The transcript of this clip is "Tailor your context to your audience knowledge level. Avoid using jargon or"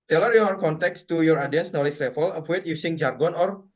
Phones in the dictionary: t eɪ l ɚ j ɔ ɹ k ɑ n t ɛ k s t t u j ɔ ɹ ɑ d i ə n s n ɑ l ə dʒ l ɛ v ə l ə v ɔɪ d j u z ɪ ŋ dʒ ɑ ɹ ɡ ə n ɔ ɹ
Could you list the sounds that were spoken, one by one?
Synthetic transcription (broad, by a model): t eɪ l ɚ j ɔ ɹ k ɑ n t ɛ k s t t u j ɔ ɹ ɑ d i ə n s n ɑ l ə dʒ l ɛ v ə l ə w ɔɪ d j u s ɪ ŋ dʒ ɑ ɹ ɡ ə n ɔ ɹ